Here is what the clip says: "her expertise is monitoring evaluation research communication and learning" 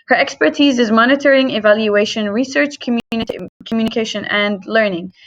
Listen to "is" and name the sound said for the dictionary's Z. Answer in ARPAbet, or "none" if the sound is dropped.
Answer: Z